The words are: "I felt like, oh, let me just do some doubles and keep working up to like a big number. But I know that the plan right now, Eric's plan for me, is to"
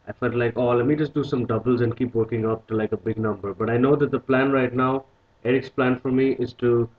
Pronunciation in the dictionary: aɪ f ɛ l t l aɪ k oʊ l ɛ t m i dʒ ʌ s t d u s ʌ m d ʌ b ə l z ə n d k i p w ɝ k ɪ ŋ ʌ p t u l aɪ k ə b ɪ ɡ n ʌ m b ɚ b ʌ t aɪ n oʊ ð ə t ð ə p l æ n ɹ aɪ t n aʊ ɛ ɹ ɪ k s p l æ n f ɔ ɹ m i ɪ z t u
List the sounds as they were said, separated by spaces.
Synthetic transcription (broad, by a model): aɪ f ɛ l t l aɪ k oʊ l ɛ t m i dʒ ʌ s t d u s ʌ m d ʌ b ə l z ə n d k i p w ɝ k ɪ ŋ ʌ p t u l aɪ k ə b ɪ ɡ n ʌ m b ɚ b ʌ t aɪ n oʊ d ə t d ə p l æ n ɹ aɪ t n aʊ ɛ ɹ ɪ k s p l æ n f ɔ ɹ m i ɪ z t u